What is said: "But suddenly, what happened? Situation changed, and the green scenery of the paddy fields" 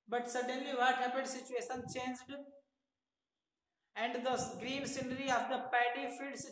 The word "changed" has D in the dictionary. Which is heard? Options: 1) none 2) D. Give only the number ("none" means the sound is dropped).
2